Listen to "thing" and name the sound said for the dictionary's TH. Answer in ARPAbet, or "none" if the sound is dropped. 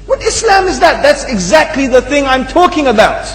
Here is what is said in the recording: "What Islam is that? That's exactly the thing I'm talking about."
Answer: TH